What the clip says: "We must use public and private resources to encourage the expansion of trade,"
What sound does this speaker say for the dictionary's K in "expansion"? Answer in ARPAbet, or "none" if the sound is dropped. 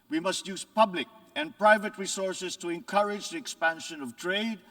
K